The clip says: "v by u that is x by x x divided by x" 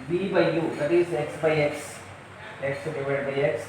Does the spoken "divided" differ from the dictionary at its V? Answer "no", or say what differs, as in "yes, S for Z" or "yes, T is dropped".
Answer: yes, P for V